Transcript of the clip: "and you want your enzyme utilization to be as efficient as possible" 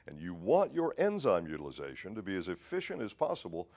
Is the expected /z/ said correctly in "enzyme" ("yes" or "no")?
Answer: yes